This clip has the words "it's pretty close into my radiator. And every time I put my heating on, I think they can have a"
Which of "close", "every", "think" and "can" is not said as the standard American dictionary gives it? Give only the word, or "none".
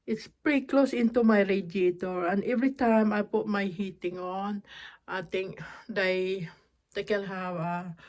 think